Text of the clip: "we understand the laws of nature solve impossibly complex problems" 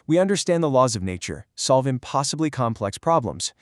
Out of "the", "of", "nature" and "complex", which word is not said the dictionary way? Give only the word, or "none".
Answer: none